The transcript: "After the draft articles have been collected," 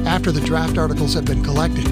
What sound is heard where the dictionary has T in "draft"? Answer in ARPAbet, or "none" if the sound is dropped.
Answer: T